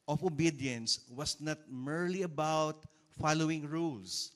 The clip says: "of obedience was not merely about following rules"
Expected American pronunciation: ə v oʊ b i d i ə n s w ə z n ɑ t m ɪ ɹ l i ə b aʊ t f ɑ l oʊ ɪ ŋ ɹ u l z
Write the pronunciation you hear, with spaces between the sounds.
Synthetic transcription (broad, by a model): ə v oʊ b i d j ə n s w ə s n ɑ t m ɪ ɹ l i ə b aʊ t f ɑ l oʊ ɪ ŋ ɹ u l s